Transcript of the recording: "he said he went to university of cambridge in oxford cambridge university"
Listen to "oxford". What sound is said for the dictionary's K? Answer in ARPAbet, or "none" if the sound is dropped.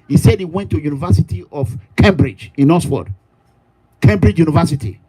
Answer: none